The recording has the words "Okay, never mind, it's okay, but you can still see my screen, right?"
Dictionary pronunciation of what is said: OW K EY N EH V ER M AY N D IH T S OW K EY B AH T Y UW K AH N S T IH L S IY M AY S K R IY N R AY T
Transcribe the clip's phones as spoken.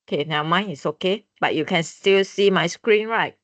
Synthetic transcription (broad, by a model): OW K EY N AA UH M AY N IH T S OW K EY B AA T Y UW K AH N S T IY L S IY M AY S K R IY N R AY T